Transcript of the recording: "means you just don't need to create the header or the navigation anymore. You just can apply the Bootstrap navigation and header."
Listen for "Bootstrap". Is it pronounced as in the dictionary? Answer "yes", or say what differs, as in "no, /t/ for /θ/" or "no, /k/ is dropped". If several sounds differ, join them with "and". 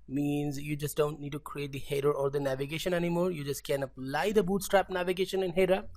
yes